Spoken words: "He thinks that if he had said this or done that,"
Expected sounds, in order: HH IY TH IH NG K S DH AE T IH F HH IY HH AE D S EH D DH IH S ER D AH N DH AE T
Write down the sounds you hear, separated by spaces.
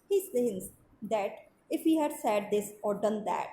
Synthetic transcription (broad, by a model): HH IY S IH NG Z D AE T IH F HH IY HH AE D S EH D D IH S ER D AH N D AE T